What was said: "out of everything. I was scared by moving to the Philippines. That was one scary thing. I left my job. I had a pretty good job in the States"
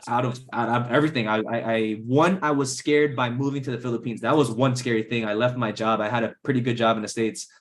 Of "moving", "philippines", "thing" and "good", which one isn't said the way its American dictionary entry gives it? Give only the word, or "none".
none